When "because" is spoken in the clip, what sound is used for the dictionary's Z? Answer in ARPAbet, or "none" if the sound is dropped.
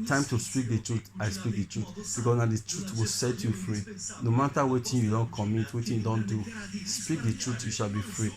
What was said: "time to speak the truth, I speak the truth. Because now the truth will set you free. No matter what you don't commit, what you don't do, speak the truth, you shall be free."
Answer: S